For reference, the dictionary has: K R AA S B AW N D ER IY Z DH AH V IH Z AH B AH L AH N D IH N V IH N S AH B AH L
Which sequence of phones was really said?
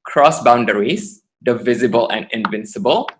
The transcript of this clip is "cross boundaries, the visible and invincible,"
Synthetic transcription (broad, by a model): K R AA S B AW N D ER IY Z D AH V IH Z AH B AH L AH N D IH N V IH N S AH B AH L